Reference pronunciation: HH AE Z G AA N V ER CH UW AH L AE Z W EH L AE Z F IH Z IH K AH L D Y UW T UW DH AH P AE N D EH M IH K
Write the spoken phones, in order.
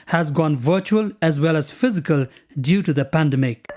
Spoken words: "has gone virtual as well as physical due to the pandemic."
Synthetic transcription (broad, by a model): HH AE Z G AA N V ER CH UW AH L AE Z W EH L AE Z F IH Z IH K AH L D Y UW T UW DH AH P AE N D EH M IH K